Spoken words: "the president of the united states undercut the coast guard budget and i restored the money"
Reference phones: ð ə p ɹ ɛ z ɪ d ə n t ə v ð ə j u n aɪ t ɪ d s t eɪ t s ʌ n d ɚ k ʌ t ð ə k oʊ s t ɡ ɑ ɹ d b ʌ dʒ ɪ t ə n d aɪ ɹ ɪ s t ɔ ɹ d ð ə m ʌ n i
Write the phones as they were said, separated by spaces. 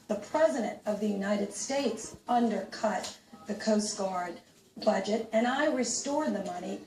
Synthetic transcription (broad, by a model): ð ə p ɹ ɛ z ɪ d ə n t ə v ð ə j u n aɪ t ɪ d s t eɪ t s ʌ n d ɚ k ʌ t ð ə k oʊ s t ɡ ɑ ɹ d b ʌ dʒ ɪ t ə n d aɪ ɹ ɪ s t ɔ ɹ d ð ə m ʌ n i